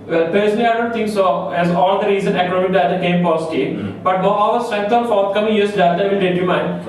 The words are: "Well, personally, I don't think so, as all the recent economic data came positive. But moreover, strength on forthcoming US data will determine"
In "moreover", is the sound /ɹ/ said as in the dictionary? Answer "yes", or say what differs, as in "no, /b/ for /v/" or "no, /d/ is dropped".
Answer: no, /ɹ/ is dropped